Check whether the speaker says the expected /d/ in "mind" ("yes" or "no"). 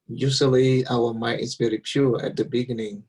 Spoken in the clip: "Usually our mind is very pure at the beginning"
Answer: no